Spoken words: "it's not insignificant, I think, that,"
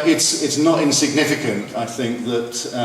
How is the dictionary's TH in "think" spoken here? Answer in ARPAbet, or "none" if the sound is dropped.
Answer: TH